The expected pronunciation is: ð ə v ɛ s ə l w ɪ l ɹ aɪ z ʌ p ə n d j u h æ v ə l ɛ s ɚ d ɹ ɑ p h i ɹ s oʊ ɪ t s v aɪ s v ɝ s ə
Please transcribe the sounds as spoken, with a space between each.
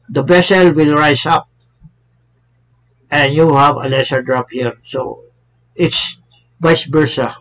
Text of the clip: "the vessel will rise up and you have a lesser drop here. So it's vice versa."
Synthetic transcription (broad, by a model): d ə b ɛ s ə l w ɪ l ɹ aɪ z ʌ p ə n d j u h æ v ə l ɛ s ɚ d ɹ ɑ p h i ɹ s oʊ ɪ t s b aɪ s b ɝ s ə